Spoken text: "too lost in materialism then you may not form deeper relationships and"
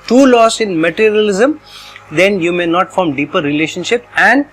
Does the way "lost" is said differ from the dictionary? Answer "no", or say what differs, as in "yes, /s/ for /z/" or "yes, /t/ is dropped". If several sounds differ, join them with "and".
yes, /t/ is dropped